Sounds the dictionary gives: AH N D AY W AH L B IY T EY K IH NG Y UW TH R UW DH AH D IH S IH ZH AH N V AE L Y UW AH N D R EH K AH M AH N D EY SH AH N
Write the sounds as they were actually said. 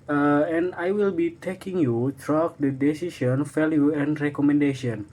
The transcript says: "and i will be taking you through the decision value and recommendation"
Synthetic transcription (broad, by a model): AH N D AY W AH L B IY T EY K IH NG Y UW T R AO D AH D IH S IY SH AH N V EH L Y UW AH N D R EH K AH M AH N D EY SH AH N